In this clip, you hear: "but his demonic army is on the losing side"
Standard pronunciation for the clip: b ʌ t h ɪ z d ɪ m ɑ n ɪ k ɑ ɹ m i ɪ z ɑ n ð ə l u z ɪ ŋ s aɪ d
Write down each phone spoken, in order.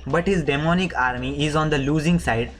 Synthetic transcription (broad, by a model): b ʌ t h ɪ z d ɪ m ɑ n ɪ k ɑ ɹ m i ɪ z ɑ n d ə l u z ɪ ŋ s aɪ d